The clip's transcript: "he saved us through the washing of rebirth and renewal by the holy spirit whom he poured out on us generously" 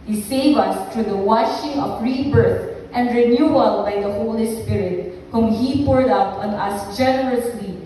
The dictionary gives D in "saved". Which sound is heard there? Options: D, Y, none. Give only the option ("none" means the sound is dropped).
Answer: none